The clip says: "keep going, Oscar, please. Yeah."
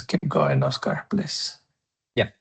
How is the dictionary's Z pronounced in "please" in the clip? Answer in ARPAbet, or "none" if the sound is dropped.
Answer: S